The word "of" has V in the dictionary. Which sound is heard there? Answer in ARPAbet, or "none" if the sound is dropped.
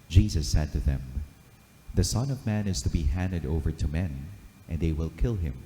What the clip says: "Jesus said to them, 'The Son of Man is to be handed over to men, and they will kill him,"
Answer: V